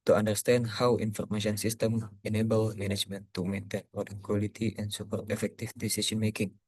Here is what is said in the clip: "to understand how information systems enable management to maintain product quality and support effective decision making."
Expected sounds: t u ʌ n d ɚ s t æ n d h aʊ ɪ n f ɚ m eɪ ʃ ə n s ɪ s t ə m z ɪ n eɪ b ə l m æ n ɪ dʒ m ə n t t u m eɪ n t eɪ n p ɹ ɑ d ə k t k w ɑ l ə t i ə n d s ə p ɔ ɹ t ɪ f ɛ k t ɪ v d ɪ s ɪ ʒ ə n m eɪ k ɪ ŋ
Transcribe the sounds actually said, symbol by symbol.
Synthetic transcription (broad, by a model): t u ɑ n d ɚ s t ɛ n d h aʊ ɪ n f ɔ m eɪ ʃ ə n s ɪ s t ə m ɪ n eɪ b ə l m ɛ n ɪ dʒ m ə n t t u m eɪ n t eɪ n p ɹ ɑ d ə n k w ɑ l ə t i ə n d s ə p ɔ ɹ t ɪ f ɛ k t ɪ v d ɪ s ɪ s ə n m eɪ k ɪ ŋ